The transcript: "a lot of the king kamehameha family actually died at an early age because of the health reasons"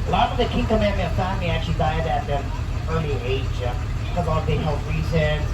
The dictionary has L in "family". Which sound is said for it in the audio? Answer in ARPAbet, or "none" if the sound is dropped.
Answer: none